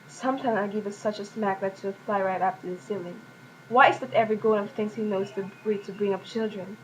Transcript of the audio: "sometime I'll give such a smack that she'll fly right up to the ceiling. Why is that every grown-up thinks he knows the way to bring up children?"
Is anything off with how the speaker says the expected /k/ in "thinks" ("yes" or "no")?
yes